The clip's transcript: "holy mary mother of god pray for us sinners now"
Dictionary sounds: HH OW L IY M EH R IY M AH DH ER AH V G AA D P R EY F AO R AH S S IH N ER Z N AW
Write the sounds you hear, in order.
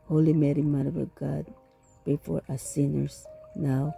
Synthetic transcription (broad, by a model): HH OW L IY M EH R IY M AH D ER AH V G AA D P EY F AO R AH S S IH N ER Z N AW